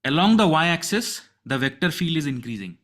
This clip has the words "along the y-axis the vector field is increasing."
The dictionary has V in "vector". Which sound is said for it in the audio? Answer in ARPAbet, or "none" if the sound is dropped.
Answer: V